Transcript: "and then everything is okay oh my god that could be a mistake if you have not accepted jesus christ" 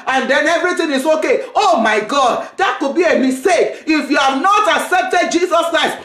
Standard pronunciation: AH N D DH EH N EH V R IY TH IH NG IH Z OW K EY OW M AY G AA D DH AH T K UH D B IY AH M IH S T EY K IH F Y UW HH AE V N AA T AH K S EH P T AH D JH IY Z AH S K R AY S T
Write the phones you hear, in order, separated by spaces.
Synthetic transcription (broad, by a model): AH N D EH N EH V R IY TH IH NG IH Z OW K EY OW M AY G AA D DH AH T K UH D B IY AH M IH S T EY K IH F Y UW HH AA V N AA T AH K S EH P T AH D JH IY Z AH S K R AY S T